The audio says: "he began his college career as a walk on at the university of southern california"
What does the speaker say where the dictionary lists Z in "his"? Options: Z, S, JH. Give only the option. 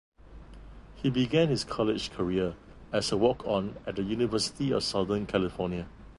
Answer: S